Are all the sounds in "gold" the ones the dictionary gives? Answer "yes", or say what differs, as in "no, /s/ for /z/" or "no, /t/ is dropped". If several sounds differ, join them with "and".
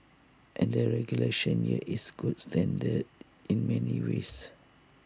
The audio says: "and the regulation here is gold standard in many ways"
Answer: no, /l/ is dropped